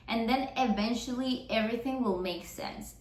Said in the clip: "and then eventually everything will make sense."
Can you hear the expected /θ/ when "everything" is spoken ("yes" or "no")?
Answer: yes